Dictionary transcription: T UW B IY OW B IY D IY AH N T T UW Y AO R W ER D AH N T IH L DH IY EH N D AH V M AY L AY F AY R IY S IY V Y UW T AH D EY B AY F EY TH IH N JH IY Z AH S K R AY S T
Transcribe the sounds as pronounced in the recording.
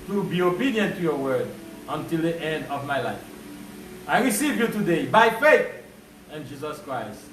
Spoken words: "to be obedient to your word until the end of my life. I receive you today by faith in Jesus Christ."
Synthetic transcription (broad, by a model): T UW B IY OW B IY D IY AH N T T UW Y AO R W ER D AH N T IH L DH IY EH N D AH V M AY L AY F AY R IY S IY V Y UW T AH D EY B AY F EY TH IH N JH IY Z AH S K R AY S T